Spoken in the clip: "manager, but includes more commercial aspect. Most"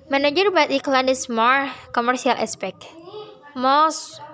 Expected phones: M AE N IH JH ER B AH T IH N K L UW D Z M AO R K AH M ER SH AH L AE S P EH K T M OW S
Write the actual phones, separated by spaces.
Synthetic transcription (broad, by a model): M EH N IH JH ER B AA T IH K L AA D S M AO R K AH M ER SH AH L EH S P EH K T M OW S